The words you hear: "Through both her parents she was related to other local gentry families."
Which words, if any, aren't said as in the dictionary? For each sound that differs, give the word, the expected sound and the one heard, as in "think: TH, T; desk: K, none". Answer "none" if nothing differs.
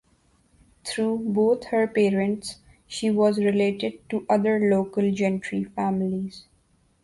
through: TH, T; both: TH, T